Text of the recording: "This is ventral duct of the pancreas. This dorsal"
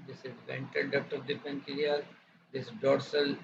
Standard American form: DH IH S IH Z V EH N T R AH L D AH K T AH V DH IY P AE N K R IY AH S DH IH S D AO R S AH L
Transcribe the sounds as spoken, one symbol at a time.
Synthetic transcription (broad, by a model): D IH S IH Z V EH N T AH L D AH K T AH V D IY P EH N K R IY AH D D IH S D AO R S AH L